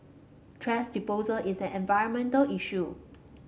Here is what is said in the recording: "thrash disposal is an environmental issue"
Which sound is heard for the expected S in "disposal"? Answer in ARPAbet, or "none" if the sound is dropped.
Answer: none